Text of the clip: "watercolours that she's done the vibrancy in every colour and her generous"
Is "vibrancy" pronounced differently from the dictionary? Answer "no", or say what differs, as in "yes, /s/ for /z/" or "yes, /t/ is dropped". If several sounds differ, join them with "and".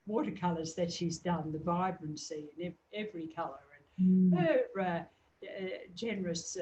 no